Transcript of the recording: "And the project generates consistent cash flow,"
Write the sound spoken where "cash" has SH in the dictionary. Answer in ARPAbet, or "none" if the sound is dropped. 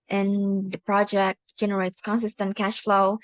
SH